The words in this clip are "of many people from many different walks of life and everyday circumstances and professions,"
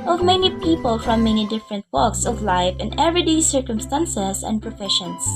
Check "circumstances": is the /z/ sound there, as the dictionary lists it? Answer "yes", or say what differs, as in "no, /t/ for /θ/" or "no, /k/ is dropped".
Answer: no, /s/ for /z/